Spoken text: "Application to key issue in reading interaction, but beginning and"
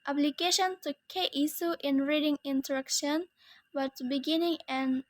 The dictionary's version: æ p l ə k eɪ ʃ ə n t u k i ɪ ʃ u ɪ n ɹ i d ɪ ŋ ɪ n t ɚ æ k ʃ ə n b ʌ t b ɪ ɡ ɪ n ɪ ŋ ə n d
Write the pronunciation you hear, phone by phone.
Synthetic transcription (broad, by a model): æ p l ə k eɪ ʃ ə n t u k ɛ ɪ s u ɪ n ɹ i d ɪ ŋ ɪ n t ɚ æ k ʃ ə n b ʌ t b ɪ ɡ ɪ n ɪ ŋ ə n